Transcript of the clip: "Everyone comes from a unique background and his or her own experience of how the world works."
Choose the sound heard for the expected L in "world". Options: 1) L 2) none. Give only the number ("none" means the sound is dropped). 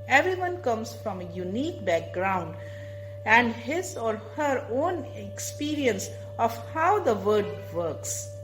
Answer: 2